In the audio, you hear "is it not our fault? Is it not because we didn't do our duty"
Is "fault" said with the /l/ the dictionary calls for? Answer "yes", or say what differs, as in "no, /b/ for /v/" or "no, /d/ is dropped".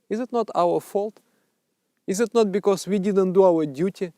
yes